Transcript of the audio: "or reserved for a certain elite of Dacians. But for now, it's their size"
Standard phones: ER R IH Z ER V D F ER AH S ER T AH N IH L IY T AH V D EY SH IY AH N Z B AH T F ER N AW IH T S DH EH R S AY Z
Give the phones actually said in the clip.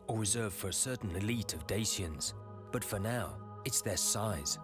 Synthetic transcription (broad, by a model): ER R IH Z ER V F ER AH S ER T N IH L IY T AH V D EY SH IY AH N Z B AH T F ER N AW IH T S DH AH R S AY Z